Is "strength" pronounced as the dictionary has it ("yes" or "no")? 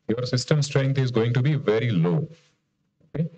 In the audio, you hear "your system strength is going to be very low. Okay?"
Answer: no